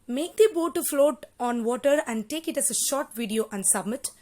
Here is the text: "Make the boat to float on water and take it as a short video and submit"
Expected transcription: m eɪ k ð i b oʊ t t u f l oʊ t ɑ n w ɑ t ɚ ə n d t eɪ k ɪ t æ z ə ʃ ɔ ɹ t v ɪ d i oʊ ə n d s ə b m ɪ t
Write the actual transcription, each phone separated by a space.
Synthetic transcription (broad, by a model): m eɪ k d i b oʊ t t u f l oʊ t ɑ n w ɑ t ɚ ə n d t eɪ k ɪ t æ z ə ʃ ɔ ɹ t v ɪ d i oʊ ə n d s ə b m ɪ t